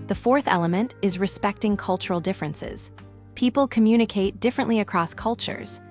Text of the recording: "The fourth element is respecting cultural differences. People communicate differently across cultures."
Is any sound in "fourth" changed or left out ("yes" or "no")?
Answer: no